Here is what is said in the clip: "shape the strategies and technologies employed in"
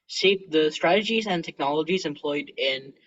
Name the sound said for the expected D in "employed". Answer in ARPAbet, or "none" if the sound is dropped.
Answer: D